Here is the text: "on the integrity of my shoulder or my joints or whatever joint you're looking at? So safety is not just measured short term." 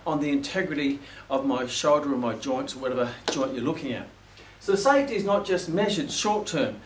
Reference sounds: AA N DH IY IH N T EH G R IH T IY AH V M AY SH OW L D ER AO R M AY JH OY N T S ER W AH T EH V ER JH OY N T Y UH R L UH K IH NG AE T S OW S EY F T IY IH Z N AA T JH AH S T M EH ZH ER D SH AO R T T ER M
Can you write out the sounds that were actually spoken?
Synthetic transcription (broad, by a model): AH N DH IY IH N T EH G R IH T IY AH V M AY SH OW L D ER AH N M AY JH OY N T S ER W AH T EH V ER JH OY N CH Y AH R L UH K IH NG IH T S OW S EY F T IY IH Z N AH T JH AH S T M EH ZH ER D SH AO R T T ER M